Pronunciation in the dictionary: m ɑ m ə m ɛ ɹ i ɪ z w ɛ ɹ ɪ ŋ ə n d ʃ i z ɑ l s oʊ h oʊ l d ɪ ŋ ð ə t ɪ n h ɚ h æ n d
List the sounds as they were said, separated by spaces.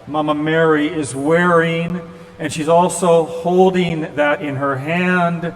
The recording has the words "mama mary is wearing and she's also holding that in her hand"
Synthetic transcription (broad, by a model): m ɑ m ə m ɛ ɹ i ɪ z w ɛ ɹ ɪ ŋ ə n ʃ i z ɑ l s oʊ h oʊ l d ɪ ŋ ð ə t ɪ n ɚ h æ n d